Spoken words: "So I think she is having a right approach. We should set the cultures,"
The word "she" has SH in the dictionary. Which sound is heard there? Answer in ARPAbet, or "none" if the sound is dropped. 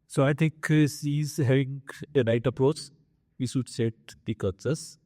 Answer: S